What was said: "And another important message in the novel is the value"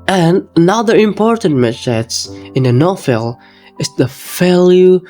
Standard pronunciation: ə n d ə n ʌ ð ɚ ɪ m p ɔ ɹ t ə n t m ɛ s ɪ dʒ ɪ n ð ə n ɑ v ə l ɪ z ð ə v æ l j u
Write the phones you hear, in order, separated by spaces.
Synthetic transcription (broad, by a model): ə n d ə n ʌ ð ɚ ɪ m p ɔ ɹ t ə n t m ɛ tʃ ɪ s ɪ n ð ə n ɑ f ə l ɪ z ð ə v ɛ l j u